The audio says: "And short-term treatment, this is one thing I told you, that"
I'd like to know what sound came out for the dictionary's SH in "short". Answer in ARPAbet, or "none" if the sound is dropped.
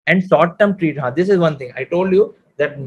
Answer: S